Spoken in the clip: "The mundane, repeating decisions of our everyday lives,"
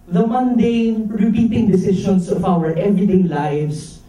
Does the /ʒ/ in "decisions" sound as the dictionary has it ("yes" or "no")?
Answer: no